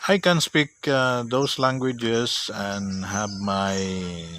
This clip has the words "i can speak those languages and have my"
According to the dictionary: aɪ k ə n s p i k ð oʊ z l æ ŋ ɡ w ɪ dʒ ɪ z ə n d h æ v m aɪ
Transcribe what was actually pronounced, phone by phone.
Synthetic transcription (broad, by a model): aɪ k ə n s p i k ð oʊ s l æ ŋ ɡ w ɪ dʒ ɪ s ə n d h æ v m aɪ